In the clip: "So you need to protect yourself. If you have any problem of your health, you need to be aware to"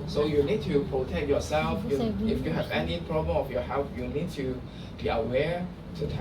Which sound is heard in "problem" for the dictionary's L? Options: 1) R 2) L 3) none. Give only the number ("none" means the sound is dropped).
3